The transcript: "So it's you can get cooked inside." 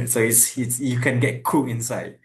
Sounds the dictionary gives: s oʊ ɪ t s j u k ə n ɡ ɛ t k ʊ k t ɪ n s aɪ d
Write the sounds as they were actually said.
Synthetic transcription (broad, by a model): s oʊ ɪ t s j u k ə n ɡ ɛ t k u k ɪ n s aɪ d